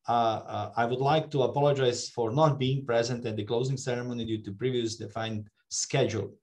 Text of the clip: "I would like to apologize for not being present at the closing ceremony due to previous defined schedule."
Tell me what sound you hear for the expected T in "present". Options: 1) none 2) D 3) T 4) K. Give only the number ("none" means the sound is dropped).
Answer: 3